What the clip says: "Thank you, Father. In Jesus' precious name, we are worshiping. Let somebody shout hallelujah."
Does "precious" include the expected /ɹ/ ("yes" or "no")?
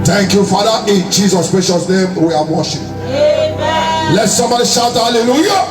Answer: no